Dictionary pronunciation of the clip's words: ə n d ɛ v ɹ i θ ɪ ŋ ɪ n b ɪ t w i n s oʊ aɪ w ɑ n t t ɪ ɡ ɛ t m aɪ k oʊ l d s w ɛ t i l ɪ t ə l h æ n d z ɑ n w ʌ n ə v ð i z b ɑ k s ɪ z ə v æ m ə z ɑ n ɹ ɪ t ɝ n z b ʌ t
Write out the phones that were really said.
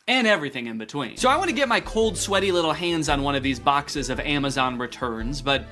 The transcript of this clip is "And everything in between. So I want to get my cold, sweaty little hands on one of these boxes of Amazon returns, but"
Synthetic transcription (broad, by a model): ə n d ɛ v ɹ i θ ɪ ŋ ɪ n b ɪ t w i n s oʊ aɪ w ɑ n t t ɪ ɡ ɛ t m aɪ k oʊ l d s w ɛ t i l ɪ t l h æ n d z n w ʌ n ə v ð i z b ɑ k s ɪ z ə v æ m ə z ɑ n ɹ ɪ t ɝ n z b ʌ t